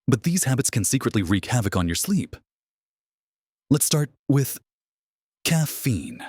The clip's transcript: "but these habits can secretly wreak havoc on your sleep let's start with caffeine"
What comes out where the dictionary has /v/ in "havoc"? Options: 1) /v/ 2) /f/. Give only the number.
1